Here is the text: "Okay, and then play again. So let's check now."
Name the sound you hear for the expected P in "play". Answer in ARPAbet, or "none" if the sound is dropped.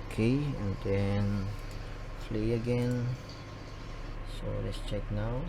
F